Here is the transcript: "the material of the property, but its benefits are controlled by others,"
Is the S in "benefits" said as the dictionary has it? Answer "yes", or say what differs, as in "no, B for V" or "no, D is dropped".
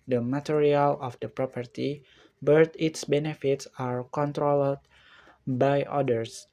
yes